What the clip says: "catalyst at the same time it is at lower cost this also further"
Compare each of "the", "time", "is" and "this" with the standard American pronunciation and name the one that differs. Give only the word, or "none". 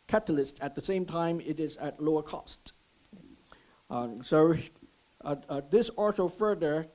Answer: none